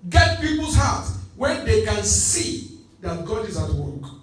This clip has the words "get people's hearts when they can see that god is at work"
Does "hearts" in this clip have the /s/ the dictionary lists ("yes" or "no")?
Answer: no